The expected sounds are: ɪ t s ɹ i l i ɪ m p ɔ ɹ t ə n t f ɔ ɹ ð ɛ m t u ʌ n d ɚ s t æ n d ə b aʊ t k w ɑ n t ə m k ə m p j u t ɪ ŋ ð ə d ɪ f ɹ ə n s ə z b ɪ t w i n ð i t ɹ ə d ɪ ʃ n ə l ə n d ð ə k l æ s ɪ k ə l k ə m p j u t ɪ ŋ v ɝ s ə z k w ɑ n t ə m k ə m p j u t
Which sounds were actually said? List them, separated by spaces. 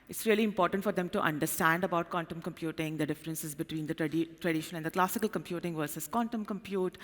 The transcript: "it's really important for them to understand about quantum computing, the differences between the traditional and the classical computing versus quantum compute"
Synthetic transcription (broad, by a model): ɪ t s ɹ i l i ɪ m p ɔ ɹ t ə n t f ɔ ɹ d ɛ m t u ʌ n d ɚ s t æ n d ə b aʊ t k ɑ n t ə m k ə m p j u t ɪ ŋ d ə d ɪ f ɹ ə n s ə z b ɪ t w i n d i t ɹ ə d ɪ ʃ ə n ə n d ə k l æ s ɪ k ə l k ə m p j u t ɪ ŋ v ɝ s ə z k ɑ n t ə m k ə m p j u t